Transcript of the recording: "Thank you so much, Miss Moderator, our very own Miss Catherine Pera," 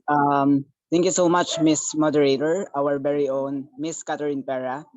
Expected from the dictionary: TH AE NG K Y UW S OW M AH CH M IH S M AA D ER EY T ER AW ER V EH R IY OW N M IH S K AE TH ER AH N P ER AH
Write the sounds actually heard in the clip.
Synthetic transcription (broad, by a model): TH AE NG K Y UW S OW M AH CH M IH S M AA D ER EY T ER AW ER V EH R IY OW N M IH S K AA T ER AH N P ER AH